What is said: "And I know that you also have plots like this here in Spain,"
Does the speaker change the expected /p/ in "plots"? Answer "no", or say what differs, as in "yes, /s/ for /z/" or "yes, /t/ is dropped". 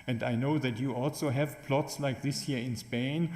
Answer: no